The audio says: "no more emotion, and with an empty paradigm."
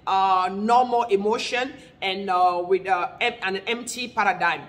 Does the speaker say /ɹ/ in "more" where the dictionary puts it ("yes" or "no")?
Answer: no